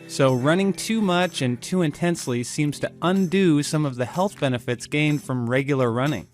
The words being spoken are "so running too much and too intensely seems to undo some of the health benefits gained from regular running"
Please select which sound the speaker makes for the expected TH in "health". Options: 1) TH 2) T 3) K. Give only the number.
1